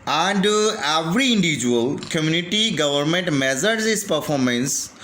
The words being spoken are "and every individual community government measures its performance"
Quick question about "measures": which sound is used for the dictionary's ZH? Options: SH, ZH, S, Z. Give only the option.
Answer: Z